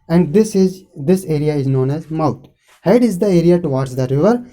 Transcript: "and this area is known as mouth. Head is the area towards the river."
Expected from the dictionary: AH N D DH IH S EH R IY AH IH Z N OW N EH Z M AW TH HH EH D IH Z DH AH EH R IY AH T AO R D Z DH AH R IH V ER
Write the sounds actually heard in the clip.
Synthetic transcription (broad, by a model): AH N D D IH S EH R IY AH IH Z N OW N EH Z M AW T HH EH D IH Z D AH EH R IY AH T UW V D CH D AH R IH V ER